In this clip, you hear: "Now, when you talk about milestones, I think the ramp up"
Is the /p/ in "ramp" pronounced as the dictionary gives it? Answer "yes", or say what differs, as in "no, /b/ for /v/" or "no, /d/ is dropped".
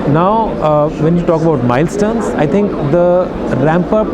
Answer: yes